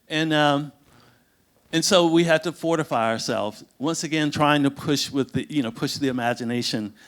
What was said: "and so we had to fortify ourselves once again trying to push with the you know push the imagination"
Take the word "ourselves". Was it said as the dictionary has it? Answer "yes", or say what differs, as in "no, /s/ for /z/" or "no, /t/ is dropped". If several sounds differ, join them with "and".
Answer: yes